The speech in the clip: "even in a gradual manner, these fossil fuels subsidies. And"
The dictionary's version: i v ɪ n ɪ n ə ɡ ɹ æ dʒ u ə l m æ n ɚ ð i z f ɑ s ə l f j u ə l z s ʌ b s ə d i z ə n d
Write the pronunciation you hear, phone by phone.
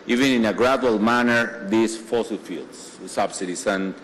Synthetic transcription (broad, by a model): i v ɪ n ɪ n ə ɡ ɹ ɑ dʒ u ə l m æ n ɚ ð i s f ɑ s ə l f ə l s s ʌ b s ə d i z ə n